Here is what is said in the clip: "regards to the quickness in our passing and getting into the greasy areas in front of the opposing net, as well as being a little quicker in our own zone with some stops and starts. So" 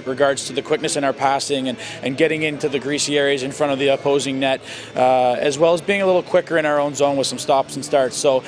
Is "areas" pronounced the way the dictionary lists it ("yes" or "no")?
yes